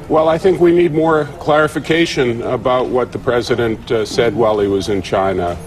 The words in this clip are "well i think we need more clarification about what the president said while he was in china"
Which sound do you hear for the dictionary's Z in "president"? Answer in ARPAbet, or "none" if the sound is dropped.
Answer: Z